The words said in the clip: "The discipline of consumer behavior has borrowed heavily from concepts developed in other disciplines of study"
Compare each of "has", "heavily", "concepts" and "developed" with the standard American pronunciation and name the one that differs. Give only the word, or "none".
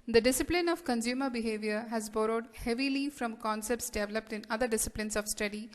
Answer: none